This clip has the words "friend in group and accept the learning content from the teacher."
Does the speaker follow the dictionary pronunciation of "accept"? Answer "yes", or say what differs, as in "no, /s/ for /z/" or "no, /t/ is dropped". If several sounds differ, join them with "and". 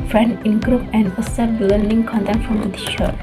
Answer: no, /k/ is dropped